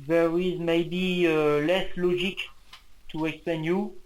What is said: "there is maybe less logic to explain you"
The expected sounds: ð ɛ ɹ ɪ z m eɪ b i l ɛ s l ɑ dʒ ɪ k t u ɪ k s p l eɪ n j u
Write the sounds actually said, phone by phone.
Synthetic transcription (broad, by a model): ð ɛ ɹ ɪ z m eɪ b i l ɛ s l ɑ dʒ ɪ k t u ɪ k s p l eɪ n j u